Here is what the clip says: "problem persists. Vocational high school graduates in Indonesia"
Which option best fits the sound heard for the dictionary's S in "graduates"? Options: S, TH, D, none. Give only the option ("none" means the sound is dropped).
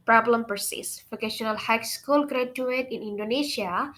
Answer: none